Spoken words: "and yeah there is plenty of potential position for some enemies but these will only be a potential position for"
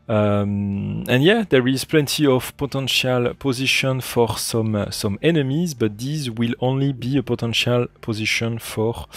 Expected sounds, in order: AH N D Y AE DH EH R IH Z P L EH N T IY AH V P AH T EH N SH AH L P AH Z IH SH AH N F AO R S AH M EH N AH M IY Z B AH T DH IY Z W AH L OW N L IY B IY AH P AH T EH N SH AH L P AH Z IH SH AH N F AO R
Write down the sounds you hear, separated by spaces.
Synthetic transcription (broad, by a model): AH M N Y AE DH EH R IH Z P L EH N T IY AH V P AH T EH N SH AH L P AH Z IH SH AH N F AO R S AH M EH N AH M IY Z B AH T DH IY Z W AH L OW N L IY B IY AH P AH T EH N SH AH L P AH Z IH SH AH N F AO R